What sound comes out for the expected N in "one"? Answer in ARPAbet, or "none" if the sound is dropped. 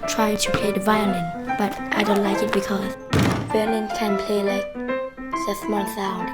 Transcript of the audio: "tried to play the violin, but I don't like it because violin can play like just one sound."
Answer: L